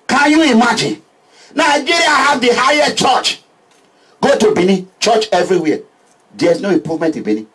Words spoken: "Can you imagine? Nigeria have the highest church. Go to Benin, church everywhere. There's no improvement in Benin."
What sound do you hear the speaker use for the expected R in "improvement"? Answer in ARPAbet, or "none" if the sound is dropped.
none